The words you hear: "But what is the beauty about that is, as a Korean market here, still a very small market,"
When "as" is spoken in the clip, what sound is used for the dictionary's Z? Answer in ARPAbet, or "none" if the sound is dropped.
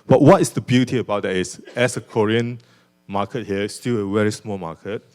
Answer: S